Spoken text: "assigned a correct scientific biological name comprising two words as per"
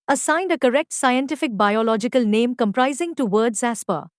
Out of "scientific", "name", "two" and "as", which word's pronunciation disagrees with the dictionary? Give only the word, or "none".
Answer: as